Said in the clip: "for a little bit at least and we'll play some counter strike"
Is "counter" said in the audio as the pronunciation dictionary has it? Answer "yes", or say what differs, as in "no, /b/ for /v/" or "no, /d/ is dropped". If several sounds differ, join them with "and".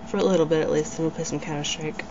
no, /n/ is dropped